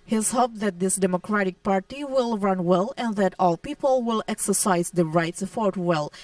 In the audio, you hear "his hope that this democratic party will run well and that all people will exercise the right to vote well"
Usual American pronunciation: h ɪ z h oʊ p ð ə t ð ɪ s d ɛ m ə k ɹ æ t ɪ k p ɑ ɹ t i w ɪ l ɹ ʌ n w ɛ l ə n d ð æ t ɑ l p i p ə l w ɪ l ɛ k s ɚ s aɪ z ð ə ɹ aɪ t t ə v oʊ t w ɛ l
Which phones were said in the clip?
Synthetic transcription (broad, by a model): h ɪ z h oʊ p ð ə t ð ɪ s d ɛ m ə k ɹ æ t ɪ k p ɑ ɹ t i w ɪ l ɹ ʌ n w ɛ l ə n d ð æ t ɑ l p i p ə l w ɪ l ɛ k s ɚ s aɪ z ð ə ɹ aɪ t s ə f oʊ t w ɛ l